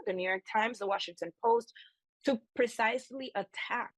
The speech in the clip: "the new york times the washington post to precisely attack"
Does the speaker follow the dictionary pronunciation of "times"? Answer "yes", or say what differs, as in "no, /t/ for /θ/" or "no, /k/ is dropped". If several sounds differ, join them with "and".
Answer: yes